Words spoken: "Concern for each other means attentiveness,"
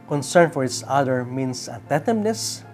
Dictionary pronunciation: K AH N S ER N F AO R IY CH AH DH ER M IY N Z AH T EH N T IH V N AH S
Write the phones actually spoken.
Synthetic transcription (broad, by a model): K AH N S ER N F AO R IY S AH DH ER M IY N S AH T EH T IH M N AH S